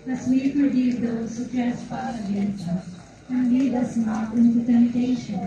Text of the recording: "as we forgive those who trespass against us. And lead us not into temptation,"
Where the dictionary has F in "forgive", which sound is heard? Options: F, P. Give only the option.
P